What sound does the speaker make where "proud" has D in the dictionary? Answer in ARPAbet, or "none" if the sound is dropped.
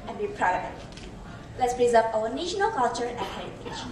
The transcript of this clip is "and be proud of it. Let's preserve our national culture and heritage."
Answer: none